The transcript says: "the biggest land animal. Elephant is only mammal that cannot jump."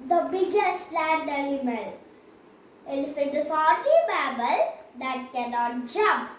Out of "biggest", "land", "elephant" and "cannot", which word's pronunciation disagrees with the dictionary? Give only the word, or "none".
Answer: elephant